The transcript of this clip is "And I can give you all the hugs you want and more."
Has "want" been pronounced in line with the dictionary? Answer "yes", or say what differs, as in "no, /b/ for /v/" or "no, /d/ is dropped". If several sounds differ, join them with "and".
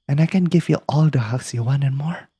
no, /t/ is dropped